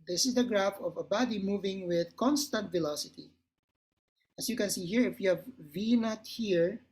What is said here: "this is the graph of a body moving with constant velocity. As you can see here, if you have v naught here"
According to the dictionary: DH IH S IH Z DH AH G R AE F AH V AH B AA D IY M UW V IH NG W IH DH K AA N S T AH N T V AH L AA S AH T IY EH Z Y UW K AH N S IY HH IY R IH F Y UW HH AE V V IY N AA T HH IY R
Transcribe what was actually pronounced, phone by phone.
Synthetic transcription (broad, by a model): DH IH S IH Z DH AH G R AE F AH V AH B AA D IY M UW V IH NG W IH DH K AA N S T AH N T V AH L AA S AH T IY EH S Y UW K AH N S IY HH IY R IH F Y UW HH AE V V IY N AA T HH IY R